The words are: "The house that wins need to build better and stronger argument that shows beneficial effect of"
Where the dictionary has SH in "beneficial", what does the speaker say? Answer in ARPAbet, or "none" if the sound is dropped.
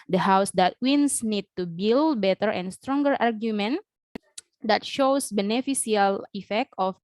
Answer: S